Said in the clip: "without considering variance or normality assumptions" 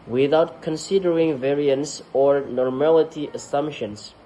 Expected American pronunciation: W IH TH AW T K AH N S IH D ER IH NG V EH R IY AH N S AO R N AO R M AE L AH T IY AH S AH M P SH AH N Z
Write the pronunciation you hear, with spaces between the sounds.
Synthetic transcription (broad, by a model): W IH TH AW T K AH N S IH D ER IH NG V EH R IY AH N S AO R N AO R M AE L AH T IY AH S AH M P SH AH N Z